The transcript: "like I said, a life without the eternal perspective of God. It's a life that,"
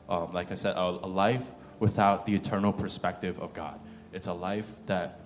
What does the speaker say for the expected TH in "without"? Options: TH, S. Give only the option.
TH